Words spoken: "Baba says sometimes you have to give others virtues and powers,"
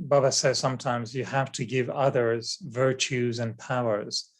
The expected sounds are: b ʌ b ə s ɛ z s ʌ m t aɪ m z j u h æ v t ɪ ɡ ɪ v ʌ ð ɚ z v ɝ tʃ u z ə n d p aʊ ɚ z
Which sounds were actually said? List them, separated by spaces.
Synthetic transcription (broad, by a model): b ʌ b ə s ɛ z s ʌ m t aɪ m z j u h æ f t ɪ ɡ ɪ v ʌ ð ɚ z v ɝ tʃ u z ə n p aʊ ɚ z